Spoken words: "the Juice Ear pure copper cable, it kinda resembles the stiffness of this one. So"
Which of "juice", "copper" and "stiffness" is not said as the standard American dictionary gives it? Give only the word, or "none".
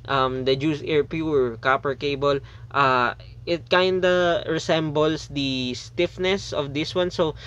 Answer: none